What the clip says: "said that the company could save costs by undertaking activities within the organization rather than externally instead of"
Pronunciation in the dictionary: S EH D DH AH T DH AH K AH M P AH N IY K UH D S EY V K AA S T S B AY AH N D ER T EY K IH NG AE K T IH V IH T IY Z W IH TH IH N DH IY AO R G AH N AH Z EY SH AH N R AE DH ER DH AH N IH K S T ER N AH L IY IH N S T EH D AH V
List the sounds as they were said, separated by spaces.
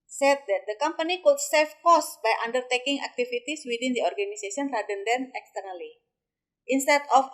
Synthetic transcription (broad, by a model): S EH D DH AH T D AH K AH M P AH N IY K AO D S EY F K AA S S B AY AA N D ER T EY K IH NG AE K T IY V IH T IY S W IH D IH N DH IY AO R G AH N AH S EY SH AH N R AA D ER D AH N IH K S T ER N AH L IY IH N S T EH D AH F